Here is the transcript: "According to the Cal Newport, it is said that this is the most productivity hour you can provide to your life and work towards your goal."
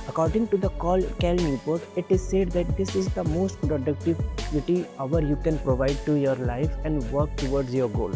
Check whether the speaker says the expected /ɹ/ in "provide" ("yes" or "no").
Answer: yes